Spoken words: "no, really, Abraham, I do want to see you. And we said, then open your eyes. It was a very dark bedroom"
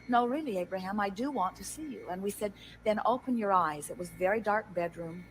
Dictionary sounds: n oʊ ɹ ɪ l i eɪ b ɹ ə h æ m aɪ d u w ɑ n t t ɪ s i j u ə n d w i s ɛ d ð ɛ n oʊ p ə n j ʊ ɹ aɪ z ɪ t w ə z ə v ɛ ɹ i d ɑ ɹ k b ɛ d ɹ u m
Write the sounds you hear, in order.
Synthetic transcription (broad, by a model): n oʊ ɹ ɪ l i eɪ b ɹ ə h æ m aɪ d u w ɑ n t t ɪ s i j u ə n w i s ɛ d ð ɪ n oʊ p ə n j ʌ ɹ aɪ z ɪ t w ə z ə v ɛ ɹ i d ɑ ɹ k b ɛ d ɹ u m